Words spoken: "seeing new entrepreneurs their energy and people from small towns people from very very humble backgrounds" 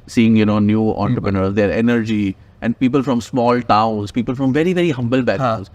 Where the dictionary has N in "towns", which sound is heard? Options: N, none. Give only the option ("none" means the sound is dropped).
none